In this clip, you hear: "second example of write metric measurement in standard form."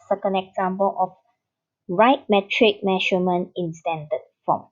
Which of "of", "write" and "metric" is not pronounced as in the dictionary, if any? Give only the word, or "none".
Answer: of